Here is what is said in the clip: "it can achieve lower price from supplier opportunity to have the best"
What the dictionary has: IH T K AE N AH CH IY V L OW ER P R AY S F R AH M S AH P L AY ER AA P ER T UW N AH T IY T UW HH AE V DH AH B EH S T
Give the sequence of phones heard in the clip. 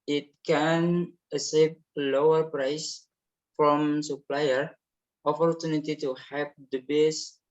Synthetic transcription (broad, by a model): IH T K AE N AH S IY P L OW ER P R AY S F R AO M S AH P L AY ER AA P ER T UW N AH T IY T UW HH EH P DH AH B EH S